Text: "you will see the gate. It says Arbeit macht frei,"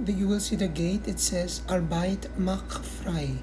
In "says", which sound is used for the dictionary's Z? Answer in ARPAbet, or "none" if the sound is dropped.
Z